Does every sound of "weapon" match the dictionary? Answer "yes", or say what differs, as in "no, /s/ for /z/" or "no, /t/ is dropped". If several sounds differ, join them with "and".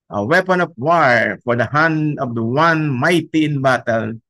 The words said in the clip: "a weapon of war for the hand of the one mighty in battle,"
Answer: yes